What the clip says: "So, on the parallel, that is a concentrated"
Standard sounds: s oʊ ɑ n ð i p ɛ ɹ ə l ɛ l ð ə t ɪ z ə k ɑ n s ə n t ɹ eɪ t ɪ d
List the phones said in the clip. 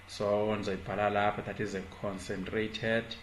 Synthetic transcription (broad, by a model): s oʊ ɑ n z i b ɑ l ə l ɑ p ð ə t ɪ z ə k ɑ n s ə n t ɹ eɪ t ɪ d